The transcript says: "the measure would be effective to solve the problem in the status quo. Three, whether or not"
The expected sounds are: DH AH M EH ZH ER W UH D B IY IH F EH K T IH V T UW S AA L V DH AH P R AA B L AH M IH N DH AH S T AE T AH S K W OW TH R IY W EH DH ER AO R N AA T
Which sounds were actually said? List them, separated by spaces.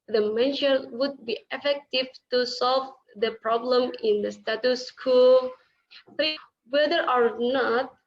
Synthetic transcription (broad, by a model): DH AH M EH SH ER W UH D B IY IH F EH K T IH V T UW S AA L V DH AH P R AA B L AH M IH N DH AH S T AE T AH S K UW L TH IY W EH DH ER AO R N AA T